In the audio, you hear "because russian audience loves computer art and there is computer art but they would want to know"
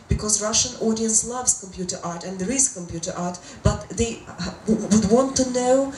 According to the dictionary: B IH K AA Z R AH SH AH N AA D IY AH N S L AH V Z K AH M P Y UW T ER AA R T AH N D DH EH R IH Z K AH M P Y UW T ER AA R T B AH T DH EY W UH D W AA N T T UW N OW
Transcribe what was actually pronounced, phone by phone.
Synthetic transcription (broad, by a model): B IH K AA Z R AH SH AH N AA D IY AH N S L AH V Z K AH M P Y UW T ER AA R T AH N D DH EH R IH Z K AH M P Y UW T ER AA R T B AH T DH EY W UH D W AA N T T UW N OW